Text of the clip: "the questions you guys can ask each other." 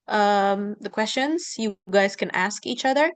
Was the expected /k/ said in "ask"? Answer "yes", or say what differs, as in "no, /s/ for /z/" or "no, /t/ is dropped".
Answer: yes